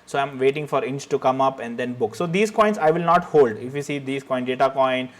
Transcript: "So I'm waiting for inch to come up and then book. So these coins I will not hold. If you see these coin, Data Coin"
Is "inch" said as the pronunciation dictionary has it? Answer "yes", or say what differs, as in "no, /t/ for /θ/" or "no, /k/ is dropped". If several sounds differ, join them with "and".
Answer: yes